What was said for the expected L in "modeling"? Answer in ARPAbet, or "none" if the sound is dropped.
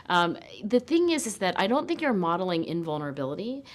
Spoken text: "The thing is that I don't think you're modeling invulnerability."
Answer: L